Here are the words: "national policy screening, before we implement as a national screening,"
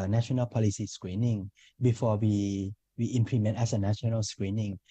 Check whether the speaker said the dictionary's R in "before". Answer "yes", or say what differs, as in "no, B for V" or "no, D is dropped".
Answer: no, W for R